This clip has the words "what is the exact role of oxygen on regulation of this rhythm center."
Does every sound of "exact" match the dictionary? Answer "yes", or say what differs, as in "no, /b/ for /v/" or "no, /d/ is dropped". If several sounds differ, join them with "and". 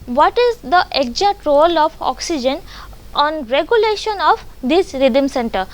no, /k/ is dropped